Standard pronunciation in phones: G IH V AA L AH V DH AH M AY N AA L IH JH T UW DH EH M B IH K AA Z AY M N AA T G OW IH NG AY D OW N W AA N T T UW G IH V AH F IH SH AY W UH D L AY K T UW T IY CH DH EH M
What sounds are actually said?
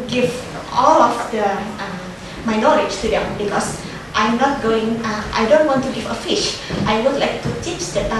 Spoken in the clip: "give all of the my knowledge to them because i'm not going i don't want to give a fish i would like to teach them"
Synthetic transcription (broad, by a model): G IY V AA L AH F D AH M AY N AA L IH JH T UW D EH M B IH K AA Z AY M N AA T G OW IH NG AY D OW N W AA N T T UW G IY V AH F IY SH AY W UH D L AY K T UW T IY CH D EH